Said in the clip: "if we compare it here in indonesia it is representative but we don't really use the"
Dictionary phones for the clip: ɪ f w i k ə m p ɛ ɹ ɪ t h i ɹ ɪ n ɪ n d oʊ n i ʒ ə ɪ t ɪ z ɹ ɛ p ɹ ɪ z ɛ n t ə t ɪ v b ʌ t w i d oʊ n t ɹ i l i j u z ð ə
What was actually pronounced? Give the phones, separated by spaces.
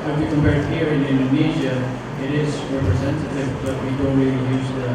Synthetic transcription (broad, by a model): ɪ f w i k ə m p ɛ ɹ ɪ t h i ɹ ɪ n ɪ n d oʊ n i ʒ ə ɪ t ɪ z ɹ ɛ p ɹ ɪ z ɛ n t ə t ɪ v b ʌ t w i d oʊ n t ɹ i l i j u z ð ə